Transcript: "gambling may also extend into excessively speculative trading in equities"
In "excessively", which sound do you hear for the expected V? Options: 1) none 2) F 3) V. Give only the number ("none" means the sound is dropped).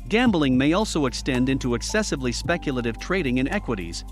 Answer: 3